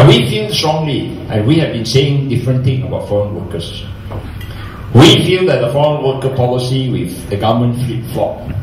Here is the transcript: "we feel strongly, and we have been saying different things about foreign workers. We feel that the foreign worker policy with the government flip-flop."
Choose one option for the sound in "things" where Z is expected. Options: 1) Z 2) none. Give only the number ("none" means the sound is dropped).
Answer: 2